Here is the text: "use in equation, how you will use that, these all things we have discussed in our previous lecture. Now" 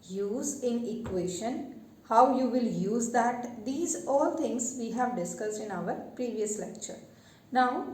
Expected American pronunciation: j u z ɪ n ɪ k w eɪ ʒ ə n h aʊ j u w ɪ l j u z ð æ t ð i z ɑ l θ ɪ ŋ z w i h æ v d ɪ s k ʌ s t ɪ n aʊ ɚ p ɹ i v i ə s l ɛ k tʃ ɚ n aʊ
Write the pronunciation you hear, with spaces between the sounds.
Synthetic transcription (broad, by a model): j u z ɪ n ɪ k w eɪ ʃ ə n h aʊ j u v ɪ l j u z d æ t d i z ɑ l t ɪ ŋ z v i h æ v d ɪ s k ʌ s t ɪ n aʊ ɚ p ɹ i v i ə s l ɛ k tʃ ɚ n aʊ